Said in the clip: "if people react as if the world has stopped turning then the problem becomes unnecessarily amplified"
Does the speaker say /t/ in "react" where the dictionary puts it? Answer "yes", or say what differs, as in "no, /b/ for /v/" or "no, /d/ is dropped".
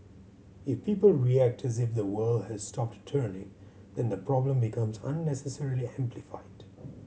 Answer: yes